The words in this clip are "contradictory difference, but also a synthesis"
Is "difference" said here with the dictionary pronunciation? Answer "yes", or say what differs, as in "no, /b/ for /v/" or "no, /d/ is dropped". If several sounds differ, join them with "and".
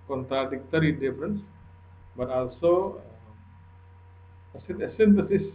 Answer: yes